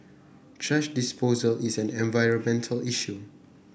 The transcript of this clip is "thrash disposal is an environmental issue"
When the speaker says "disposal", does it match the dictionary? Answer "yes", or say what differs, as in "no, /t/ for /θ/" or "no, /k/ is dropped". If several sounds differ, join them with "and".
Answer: yes